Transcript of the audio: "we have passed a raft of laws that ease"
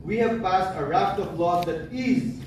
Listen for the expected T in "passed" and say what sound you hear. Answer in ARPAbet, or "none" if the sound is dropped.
T